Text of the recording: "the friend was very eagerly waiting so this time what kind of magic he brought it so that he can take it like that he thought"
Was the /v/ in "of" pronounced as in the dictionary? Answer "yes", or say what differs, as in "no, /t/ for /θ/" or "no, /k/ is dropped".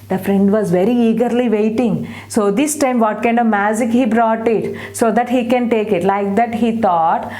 yes